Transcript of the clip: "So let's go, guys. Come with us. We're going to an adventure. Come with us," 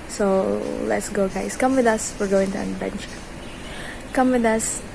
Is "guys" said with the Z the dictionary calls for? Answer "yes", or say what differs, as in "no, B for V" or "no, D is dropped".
no, S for Z